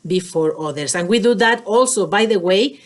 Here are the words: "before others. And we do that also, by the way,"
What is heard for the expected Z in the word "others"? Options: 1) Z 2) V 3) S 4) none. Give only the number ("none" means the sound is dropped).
3